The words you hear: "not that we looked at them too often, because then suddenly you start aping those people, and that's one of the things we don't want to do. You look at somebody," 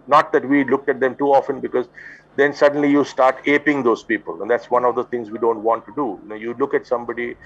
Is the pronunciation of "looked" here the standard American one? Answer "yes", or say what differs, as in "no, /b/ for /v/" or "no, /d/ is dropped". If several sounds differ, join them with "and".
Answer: yes